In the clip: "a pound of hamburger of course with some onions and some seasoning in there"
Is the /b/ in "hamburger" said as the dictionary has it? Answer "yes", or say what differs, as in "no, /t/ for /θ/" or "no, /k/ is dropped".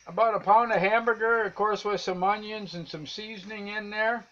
yes